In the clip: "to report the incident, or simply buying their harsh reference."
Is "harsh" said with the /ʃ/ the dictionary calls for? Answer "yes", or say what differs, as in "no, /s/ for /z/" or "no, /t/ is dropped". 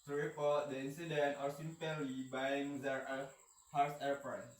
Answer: no, /s/ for /ʃ/